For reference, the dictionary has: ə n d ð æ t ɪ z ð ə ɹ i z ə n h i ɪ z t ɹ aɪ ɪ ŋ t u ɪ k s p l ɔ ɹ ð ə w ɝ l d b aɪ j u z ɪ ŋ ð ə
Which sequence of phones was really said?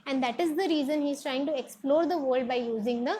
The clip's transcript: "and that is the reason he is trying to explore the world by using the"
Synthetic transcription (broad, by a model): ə n d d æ t ɪ z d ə ɹ i z ə n h i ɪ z t ɹ aɪ ɪ ŋ t u ɪ k s p l ɔ ɹ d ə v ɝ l d b aɪ j u z ɪ ŋ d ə